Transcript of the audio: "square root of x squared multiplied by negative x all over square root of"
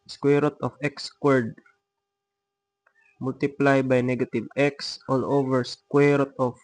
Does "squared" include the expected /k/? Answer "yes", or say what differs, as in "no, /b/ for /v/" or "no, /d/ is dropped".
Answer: yes